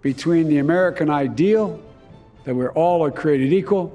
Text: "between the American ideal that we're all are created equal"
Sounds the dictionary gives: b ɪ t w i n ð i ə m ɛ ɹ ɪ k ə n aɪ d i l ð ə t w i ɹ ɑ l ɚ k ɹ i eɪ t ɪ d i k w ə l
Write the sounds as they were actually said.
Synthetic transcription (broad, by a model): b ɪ t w i n ð i ə m ɛ ɹ ɪ k ə n aɪ d i l ð ə t w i ɹ ɑ l ɚ k ɹ i eɪ t ɪ d i k w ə l